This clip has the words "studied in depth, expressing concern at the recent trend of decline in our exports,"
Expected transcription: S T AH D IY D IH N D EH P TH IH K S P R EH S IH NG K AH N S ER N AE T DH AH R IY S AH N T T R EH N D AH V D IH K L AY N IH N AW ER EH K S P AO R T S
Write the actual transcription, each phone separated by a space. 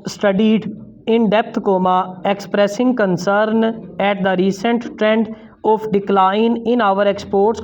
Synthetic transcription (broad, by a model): S T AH D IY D IH N D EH P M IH K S P R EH S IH NG K AH N S ER N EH T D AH R IY S AH N T T R EH N D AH P D IH K L AY N IH N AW ER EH K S P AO R T S